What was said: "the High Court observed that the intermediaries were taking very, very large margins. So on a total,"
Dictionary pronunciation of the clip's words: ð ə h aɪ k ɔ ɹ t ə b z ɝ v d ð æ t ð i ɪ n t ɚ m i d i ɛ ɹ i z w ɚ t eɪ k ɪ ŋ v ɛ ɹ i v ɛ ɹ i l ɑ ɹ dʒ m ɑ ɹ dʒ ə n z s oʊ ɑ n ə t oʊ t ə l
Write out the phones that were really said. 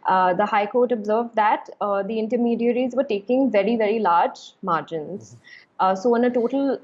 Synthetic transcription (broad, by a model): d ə h aɪ k ɔ ɹ t ə b z ɝ v d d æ t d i ɪ n t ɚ m i d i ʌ ɹ i z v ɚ t eɪ k ɪ ŋ v ɛ ɹ i v ɛ ɹ i l ɑ ɹ dʒ m ɑ ɹ dʒ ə n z s oʊ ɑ n ə t oʊ t ə l